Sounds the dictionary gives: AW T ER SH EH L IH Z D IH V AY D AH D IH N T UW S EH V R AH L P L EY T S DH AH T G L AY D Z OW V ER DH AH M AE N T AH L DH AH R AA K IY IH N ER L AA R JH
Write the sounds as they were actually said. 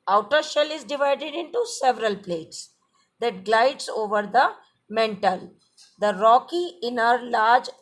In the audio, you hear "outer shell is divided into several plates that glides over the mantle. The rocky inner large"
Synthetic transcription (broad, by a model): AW T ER SH EH L IH Z D IH V AY D AH D IH N T UW S EH V R AH L P L EY T S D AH T G L AY D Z OW V ER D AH M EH N T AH L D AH R AA K IY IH N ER L AA R JH